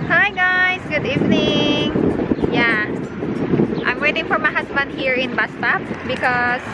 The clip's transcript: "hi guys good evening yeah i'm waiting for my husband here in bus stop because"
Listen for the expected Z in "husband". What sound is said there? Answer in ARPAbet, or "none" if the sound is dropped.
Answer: S